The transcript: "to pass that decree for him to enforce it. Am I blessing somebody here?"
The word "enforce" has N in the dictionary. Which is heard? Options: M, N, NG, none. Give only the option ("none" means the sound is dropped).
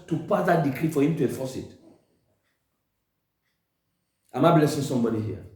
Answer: none